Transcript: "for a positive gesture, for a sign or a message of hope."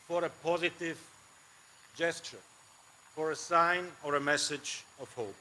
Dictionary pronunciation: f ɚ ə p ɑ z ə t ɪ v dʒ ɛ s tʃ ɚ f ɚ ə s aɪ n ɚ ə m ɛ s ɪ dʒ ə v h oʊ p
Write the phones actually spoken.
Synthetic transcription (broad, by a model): f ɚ ə p ɑ z ə t ɪ v dʒ ɛ s tʃ ɚ f ɚ ə s aɪ n ɚ ə m ɛ s ɪ dʒ ə v h oʊ p